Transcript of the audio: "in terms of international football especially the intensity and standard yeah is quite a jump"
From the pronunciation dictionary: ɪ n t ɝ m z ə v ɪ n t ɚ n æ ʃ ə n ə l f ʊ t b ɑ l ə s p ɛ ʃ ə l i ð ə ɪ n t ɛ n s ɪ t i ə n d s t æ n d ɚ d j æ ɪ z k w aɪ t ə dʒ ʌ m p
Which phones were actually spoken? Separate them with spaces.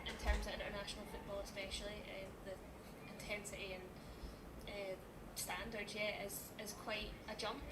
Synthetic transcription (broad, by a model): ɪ n t ɝ m z ə v ɪ n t ɚ n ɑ ʃ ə n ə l f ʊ t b ɑ l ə s p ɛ ʃ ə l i ð ə ɪ n t ɛ n s ɪ t i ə n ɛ s t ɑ n d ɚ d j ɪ ɪ z k w aɪ t ə dʒ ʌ m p